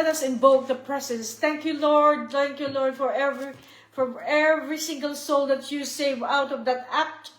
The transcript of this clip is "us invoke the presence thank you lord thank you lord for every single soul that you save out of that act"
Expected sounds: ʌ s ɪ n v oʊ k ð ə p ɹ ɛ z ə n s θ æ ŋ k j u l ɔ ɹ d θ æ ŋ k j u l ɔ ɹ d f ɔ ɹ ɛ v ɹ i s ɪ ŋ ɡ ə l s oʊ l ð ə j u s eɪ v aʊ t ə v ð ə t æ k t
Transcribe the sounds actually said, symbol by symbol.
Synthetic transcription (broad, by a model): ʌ s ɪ n b oʊ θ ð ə p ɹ ɛ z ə n s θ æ ŋ k j u l ɔ ɹ d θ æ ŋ k j u l ɔ ɹ d f ɔ ɹ ɛ v ɹ i s ɪ ŋ ɡ ə l s oʊ l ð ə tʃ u s eɪ v aʊ t ə v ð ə t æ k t